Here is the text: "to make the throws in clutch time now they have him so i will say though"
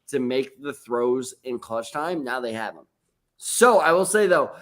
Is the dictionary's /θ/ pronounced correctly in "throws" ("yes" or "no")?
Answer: yes